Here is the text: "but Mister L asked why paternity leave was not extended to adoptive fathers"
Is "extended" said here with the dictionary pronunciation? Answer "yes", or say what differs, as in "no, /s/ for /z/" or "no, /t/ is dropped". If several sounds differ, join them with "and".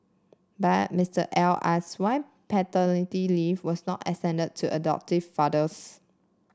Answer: no, /k/ is dropped